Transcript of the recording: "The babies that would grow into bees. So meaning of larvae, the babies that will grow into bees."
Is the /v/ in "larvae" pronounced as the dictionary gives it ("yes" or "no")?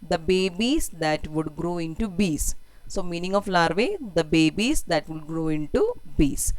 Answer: yes